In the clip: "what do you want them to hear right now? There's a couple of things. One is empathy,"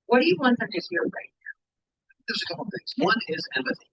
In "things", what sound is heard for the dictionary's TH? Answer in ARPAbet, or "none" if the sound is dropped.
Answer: TH